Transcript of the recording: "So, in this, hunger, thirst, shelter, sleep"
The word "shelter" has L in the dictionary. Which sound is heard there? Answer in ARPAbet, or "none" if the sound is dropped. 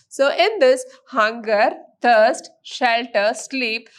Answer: L